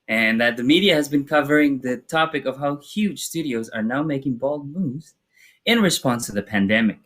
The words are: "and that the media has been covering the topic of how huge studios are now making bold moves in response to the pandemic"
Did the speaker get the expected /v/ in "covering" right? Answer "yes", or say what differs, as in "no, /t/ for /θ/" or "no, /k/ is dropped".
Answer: yes